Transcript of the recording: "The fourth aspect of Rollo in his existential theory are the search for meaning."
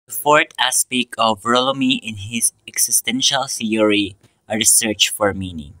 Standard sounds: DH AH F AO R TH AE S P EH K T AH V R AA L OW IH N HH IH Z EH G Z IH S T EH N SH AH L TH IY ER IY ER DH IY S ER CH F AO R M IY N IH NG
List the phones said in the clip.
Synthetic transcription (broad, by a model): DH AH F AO R T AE S P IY K AH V R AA L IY IH N HH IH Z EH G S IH S T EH N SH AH L TH IY ER IY ER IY S ER CH F AO R M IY N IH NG